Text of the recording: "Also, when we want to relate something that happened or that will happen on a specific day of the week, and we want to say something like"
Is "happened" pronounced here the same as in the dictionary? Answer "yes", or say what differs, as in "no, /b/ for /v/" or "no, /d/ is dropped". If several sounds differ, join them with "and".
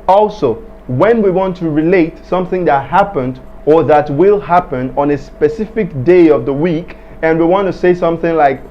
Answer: yes